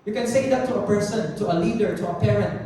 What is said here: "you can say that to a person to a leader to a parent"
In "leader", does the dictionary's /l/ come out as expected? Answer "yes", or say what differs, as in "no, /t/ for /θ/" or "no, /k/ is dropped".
yes